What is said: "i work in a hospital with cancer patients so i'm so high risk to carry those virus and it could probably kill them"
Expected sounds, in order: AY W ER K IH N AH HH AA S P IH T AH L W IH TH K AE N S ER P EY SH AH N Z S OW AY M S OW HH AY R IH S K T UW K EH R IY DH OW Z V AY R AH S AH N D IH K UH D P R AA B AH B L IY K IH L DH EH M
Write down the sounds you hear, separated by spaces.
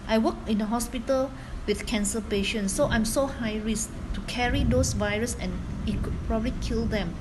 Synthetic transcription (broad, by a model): AY W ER K IH N AH HH AA S P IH T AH L W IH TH K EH N S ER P EY SH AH N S OW AY M S OW HH AY R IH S T UW K EH R IY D OW S V AY R AH S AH N IH K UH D P R AA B AH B L IY K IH L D EH M